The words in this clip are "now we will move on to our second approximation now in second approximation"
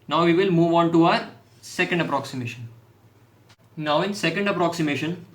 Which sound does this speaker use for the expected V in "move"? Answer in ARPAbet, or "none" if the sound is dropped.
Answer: V